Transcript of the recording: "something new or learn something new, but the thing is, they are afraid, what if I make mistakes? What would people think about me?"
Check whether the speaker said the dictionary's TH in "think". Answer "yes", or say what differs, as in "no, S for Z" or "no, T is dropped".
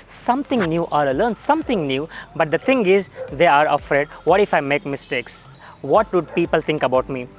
no, T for TH